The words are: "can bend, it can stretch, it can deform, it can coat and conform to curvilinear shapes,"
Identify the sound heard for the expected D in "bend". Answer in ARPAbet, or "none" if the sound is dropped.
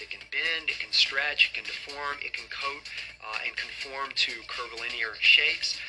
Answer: D